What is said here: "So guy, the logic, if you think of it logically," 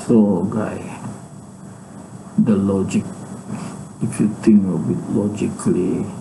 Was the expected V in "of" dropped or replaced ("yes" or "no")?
yes